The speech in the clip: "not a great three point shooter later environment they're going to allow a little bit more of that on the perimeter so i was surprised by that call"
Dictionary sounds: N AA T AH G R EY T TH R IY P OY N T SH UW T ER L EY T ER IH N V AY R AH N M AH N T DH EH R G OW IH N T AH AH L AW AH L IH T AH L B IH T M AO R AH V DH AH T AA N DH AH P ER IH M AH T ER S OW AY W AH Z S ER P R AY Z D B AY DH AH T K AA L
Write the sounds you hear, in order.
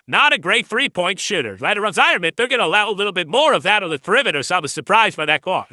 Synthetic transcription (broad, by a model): N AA T AH G R EY T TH R IY P OY N T SH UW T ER L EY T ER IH N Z AY AH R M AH T DH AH R G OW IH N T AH AH L AW AH L IH T L B IH T M AO R AH V DH AH T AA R DH AH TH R IH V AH T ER S OW AY W AH Z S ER P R AY Z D B AY DH AH T K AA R